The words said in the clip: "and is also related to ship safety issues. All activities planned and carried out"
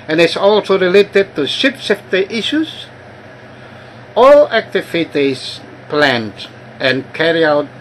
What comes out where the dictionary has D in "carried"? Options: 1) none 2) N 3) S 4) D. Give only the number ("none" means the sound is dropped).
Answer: 1